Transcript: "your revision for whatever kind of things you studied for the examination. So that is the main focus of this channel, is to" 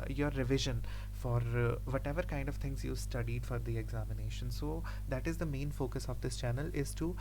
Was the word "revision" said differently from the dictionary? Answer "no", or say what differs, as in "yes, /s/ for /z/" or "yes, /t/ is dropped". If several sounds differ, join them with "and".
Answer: no